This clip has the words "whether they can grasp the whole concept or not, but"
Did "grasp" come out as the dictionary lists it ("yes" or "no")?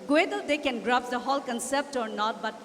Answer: no